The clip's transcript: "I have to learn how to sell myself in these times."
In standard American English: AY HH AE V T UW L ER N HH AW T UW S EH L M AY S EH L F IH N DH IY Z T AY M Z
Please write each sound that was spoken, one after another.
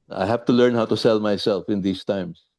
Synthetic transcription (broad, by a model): AY HH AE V T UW L ER N HH AW T UW S EH L M AY S EH L F IH N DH IY S T AY M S